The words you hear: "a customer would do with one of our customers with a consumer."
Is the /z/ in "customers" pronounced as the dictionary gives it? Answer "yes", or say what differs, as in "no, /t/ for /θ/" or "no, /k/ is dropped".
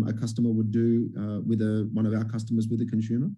yes